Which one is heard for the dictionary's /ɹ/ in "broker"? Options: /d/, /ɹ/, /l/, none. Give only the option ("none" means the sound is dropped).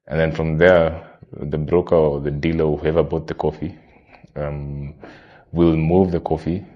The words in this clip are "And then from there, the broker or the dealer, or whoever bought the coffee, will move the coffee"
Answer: /ɹ/